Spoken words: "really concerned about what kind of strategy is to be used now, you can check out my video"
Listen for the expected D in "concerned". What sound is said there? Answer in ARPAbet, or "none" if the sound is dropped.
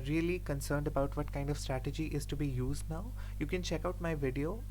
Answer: D